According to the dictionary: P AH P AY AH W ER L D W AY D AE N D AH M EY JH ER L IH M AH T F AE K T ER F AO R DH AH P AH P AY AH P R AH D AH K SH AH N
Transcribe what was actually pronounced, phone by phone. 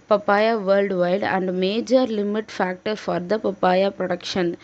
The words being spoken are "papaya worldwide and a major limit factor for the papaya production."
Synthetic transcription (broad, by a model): P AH P AY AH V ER L D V AY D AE N D M EY JH ER L IH M AH T F AE K T ER F AO R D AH P AH P AY AH P R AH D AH K SH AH N